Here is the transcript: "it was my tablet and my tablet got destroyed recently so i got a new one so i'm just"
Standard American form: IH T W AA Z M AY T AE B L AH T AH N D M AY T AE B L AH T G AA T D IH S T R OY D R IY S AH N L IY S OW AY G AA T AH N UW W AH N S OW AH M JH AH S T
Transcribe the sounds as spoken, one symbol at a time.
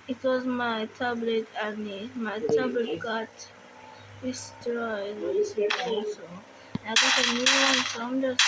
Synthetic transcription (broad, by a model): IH T W AA Z M AY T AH B L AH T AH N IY M AY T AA B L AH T G AA T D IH S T R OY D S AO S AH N IY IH G AA T AH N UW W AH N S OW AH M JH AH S